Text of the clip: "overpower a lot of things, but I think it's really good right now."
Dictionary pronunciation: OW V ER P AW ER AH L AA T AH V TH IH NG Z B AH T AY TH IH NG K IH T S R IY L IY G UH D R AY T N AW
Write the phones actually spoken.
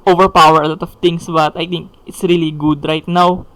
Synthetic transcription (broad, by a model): OW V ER P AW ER AH L AA T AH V T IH NG S B AH T AY T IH NG K IH T S R IY L IY G UH D R AY T N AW